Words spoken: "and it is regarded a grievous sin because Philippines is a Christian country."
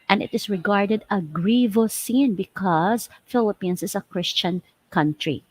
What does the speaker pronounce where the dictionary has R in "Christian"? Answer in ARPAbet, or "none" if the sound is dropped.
R